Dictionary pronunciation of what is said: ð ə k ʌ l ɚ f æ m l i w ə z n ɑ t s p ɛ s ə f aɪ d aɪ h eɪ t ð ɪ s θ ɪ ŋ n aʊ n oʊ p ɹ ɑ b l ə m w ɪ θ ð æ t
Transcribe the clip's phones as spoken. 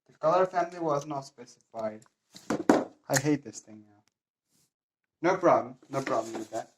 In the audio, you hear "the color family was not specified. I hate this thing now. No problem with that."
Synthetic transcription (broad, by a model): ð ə k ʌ l ɚ f æ m l i w ə z n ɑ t s p ɛ s ə f aɪ d aɪ h eɪ t ð ɪ s θ ɪ ŋ n aʊ n oʊ b ɹ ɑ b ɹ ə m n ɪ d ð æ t